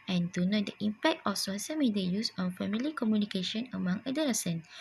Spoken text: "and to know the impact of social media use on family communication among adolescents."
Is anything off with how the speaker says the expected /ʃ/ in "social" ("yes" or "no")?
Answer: yes